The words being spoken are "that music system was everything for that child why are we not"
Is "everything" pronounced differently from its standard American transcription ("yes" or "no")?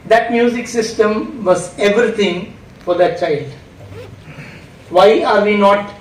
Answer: yes